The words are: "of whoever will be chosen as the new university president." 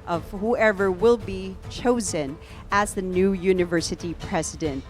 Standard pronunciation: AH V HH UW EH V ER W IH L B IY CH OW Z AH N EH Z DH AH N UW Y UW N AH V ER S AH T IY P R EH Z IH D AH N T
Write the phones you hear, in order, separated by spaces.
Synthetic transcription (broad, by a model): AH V HH UW EH V ER W IH L B IY CH OW Z AH N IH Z DH AH N UW Y UW N AH V ER S AH T IY P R EH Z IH D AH N T